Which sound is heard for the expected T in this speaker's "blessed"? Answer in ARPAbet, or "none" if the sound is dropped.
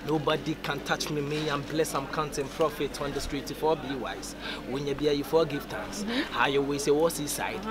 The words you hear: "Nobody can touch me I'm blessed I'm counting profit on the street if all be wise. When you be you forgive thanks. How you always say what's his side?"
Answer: none